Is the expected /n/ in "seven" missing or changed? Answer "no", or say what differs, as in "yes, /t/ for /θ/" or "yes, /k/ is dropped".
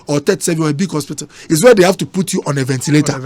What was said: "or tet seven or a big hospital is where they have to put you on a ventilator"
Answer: yes, /n/ is dropped